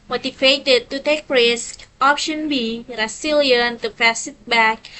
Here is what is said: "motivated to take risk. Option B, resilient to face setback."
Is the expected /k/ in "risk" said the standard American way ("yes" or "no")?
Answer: yes